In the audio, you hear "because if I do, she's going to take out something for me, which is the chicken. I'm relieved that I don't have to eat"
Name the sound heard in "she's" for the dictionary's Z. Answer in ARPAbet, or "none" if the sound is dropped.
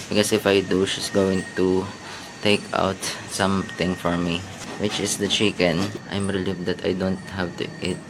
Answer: S